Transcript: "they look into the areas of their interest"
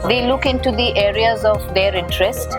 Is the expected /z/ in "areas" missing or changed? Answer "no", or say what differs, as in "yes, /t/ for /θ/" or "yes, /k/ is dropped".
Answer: no